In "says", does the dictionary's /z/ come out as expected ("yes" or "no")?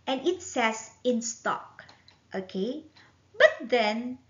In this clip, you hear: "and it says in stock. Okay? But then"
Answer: no